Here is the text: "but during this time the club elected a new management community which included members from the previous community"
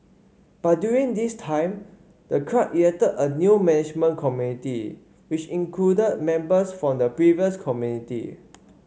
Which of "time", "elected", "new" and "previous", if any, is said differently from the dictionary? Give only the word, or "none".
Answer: elected